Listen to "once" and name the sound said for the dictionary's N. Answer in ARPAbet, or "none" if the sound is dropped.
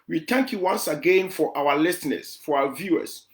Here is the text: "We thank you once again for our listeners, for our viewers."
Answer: N